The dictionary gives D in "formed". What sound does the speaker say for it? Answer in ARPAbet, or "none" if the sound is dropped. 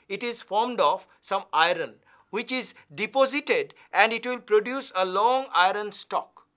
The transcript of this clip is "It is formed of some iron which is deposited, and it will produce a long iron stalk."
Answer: D